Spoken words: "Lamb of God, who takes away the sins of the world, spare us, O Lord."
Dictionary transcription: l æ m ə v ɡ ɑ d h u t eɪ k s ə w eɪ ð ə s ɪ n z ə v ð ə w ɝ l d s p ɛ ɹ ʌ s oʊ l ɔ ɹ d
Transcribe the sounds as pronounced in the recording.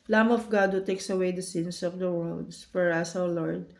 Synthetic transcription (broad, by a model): l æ m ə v ɡ ɑ d h u t eɪ k s ə w eɪ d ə s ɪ n s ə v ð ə w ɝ l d s f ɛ ɹ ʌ s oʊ l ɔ ɹ d